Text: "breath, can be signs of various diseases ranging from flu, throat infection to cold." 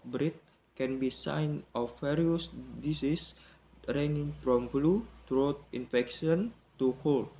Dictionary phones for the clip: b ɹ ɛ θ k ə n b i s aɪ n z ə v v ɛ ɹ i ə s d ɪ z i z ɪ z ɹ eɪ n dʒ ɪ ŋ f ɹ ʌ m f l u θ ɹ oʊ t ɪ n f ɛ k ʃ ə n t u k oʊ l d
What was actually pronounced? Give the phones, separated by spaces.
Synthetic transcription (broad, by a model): b ɹ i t k ə n b i s aɪ n ə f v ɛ ɹ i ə s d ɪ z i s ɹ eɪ n ɪ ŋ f ɹ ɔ m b l u t ɹ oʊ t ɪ n f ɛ k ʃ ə n t u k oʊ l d